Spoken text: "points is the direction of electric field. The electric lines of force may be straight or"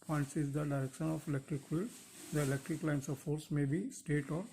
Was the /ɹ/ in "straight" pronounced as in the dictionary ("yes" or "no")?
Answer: no